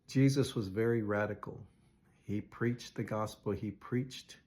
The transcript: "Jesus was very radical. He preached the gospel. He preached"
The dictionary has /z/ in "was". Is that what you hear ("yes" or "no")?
yes